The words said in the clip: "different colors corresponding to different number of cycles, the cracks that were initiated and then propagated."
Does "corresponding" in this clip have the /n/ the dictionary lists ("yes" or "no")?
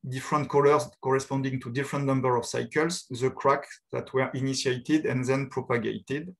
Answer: yes